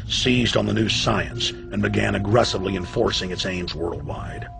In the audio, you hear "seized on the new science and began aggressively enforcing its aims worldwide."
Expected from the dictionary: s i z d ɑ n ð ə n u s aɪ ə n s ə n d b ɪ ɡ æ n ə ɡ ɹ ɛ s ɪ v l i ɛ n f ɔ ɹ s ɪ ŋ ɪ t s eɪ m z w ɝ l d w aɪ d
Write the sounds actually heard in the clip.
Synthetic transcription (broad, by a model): s i z d n ð ə n u s aɪ ə n s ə n b ɪ ɡ æ n ə ɡ ɹ ɛ s ɪ v l i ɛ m f ɔ ɹ s ɪ ŋ ɪ t s eɪ m z w ɝ l d w aɪ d